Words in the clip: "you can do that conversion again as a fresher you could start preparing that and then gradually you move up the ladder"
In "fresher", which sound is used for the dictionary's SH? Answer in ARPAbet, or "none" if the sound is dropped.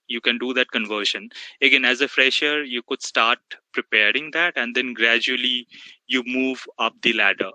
SH